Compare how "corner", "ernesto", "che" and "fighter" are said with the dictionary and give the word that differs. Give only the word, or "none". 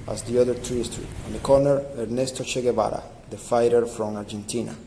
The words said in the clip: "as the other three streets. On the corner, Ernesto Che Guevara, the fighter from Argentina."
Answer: none